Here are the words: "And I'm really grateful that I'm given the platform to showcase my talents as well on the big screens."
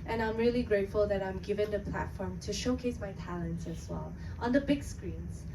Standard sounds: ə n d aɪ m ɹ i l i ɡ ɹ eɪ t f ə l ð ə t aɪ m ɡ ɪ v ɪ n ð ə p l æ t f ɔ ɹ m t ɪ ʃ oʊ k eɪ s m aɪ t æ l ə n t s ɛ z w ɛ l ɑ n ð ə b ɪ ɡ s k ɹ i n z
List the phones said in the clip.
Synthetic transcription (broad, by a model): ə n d aɪ m ɹ i l i ɡ ɹ eɪ t f ə l ð ə t aɪ m ɡ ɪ v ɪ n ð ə p l æ t f ɔ ɹ m t ɪ ʃ oʊ k eɪ s m aɪ t æ l ə n t s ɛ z w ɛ l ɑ n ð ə b ɪ ɡ s k ɹ i n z